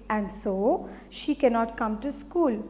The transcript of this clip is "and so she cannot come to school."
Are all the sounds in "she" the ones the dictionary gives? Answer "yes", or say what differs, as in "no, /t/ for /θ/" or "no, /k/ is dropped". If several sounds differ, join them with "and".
yes